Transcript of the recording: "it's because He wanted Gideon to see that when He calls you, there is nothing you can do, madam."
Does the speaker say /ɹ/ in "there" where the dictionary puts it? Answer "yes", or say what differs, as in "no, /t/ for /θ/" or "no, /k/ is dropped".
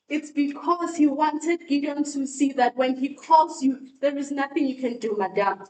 yes